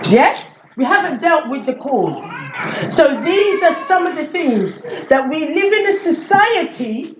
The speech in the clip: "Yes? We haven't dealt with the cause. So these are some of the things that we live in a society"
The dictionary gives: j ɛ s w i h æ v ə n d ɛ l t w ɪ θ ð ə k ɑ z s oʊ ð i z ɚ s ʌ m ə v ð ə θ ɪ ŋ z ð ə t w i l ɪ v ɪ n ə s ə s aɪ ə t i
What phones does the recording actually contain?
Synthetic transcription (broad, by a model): j ɛ s w i h æ v ə n d ɛ l t w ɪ ð ə k ɑ z s oʊ ð i z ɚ s ʌ m ə v ð ə θ ɪ ŋ z ð ə t w i l ɪ v ɪ n ə s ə s aɪ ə t i